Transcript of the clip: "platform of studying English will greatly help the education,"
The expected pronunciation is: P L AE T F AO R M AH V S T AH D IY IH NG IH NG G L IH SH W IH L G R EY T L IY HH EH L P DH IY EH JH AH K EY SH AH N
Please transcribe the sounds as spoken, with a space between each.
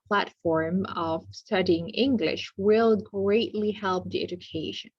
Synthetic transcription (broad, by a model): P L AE T F AO R M AH V S T AH D IY IH NG IH NG G L IH SH W IH L G R EY T L IY HH EH L P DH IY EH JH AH K EY SH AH N